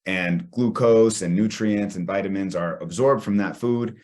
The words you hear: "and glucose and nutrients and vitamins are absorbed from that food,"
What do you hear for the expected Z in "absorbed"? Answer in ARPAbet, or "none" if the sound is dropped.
Z